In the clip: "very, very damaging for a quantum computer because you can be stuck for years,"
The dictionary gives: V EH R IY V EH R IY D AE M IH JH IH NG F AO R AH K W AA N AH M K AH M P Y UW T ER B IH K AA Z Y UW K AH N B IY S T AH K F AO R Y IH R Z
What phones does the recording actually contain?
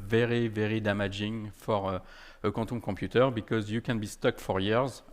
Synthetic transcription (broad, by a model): V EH R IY V EH R IY D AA M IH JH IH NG F AO R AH K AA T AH K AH P Y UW T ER B IH K AA Z Y UW K AH N B IY S T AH K F AO R Y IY R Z